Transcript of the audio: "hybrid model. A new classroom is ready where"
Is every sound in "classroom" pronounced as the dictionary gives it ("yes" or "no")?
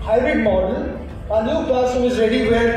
no